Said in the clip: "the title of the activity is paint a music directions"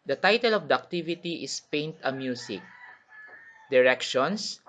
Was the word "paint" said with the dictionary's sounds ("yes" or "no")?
yes